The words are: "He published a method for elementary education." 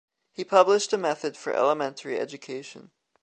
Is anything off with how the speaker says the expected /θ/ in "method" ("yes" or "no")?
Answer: no